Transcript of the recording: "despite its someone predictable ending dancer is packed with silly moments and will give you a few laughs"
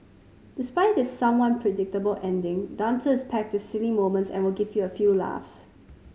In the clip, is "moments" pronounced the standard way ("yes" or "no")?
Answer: yes